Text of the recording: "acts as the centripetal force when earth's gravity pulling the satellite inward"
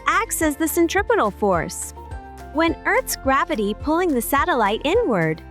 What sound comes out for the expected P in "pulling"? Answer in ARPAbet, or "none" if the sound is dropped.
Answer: P